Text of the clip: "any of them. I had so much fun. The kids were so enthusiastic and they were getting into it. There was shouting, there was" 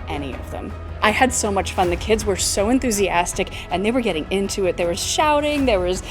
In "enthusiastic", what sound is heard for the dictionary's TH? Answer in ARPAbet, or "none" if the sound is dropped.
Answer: TH